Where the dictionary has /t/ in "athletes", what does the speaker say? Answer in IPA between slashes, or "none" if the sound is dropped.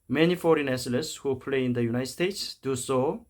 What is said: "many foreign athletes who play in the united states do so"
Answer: /s/